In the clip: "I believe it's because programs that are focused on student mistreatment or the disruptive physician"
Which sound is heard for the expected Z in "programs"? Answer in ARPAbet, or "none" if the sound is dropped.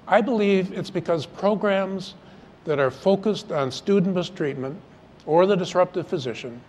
Z